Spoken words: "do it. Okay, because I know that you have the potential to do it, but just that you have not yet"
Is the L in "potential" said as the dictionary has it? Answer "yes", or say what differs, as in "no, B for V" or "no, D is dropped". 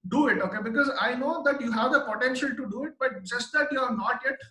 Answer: yes